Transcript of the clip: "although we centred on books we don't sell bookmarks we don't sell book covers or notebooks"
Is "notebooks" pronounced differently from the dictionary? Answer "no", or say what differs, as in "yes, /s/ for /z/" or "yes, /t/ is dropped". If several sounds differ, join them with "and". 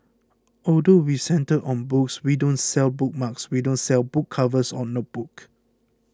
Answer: yes, /s/ is dropped